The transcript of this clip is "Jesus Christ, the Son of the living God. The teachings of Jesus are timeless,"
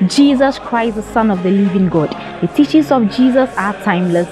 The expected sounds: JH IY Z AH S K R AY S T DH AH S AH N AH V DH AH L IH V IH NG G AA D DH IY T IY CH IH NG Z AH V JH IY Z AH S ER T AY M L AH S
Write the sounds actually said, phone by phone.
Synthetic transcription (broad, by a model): JH IY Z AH S K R AY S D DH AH S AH N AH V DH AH L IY V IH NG G AA D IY T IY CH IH Z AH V JH IY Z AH S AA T AY M L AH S